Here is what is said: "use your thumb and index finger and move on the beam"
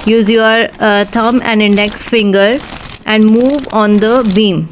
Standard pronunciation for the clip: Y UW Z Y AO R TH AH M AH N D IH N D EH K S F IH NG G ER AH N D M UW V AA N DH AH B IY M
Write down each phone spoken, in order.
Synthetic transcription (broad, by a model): Y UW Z Y AO R T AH M AH N D IH N D EH K S F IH NG G ER AH N D M UW V AA N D AH B IY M